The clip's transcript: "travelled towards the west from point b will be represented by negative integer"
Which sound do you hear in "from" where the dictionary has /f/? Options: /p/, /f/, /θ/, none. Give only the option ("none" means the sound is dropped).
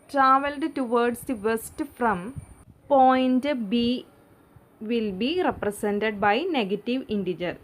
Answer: /f/